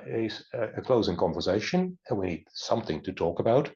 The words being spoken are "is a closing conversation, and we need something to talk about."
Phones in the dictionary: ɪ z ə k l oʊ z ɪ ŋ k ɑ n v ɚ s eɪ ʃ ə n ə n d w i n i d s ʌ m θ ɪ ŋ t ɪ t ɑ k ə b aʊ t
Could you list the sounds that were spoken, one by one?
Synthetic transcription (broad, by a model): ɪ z ə k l oʊ z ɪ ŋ k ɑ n v ɚ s eɪ ʃ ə n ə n w i n i d s ʌ m θ ɪ ŋ t ɪ t ɑ k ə b aʊ t